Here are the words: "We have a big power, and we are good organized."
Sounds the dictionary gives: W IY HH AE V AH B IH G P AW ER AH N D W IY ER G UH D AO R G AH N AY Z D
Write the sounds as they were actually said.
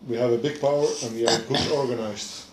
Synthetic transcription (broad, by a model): W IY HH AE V AH B IH G P AW ER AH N W IY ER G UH AO R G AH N AY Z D